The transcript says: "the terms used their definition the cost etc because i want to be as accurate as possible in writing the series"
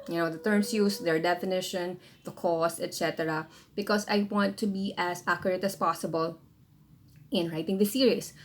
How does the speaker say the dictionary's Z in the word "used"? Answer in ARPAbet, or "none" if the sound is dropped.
S